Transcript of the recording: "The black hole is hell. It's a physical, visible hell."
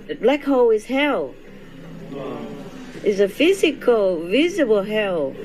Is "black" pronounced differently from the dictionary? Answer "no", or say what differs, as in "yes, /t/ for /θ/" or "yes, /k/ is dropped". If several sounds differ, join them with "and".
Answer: no